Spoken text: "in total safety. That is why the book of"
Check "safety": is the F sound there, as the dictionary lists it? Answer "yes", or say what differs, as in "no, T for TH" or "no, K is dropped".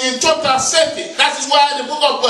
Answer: no, F is dropped